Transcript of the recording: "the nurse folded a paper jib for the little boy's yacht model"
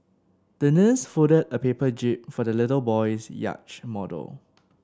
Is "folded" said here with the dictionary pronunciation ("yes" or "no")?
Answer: no